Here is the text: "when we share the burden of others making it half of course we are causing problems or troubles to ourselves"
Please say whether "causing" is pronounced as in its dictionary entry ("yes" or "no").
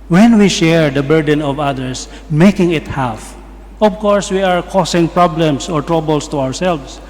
no